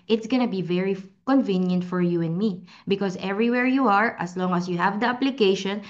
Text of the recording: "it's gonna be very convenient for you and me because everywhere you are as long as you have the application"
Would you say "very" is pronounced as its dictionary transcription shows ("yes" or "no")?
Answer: yes